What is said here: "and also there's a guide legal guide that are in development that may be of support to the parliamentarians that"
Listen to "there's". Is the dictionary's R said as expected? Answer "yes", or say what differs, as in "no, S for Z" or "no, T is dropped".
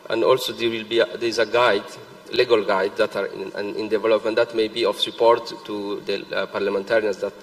no, W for R